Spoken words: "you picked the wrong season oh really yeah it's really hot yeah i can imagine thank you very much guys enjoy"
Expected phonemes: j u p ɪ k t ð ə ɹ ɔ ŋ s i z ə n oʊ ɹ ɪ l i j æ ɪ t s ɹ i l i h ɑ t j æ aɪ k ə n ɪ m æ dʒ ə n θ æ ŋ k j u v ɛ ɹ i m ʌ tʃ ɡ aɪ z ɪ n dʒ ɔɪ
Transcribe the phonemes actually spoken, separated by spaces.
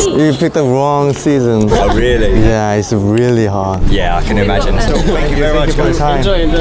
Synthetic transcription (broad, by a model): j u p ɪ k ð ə ɹ ɔ ŋ s i z ə n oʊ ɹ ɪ l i j æ ɪ t s ɹ i l i h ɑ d j æ aɪ k ə n ɪ m æ dʒ ə n s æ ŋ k j u v ɛ ɹ i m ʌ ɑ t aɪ ɪ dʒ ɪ